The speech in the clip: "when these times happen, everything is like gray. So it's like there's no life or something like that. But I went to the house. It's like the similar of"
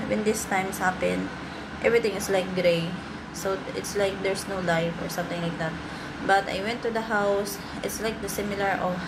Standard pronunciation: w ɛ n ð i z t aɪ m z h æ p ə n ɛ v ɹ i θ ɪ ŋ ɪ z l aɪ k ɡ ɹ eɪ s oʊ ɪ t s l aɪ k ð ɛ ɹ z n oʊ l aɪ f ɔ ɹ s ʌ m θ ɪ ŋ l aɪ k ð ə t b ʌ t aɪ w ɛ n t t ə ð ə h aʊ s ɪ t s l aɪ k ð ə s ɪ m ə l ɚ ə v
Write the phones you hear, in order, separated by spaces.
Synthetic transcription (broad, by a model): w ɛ n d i s t aɪ m s h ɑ p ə n ɛ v ɹ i t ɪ ŋ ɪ s l aɪ k ɡ ɹ eɪ s oʊ ɪ t s l aɪ k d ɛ ɹ s n oʊ l aɪ f ɔ ɹ s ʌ m t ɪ ŋ l aɪ k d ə t b ʌ t aɪ w ɛ n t t ə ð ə h aʊ s ɪ t s l aɪ k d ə s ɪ m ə l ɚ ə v